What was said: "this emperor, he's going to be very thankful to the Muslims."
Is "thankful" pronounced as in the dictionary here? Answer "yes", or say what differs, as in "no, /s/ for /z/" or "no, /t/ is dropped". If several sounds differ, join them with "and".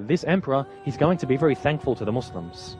yes